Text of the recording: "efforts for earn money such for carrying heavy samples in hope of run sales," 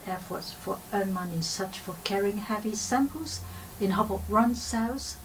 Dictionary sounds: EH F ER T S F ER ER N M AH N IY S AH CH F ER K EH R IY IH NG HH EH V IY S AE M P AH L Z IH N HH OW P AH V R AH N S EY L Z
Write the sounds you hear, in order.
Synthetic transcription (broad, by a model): EH F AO T S F ER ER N M AH N IY S AH CH F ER K EH R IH NG HH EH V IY S AE M P AH L Z IH N HH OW B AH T R AH N S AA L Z